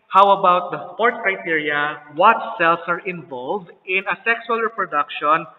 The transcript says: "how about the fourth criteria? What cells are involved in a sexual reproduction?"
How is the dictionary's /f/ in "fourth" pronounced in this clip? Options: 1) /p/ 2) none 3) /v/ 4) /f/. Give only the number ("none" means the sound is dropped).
1